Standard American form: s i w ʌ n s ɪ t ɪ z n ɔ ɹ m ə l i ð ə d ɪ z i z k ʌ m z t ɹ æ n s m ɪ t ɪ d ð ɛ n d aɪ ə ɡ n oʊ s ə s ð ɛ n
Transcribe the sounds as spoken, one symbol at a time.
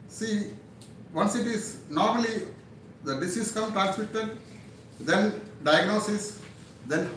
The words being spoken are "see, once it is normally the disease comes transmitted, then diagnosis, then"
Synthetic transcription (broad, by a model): s i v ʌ n s ɪ t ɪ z n ɔ ɹ m ə l i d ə d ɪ s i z k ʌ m t ɹ æ n s m ɪ t ɪ d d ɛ n d aɪ ə ɡ n oʊ s ə s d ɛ n